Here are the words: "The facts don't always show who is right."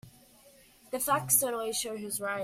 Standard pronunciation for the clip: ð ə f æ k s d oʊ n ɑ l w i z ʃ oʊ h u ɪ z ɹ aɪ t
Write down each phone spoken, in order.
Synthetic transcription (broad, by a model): ð ə f æ k s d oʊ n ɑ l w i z ʃ oʊ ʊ ɪ z ɹ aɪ